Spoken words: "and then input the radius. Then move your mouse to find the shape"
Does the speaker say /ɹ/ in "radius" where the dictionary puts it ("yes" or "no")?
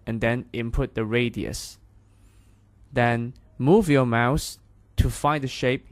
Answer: yes